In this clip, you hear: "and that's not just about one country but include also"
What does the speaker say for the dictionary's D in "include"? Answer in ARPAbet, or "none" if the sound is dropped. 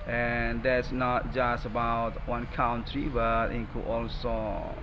none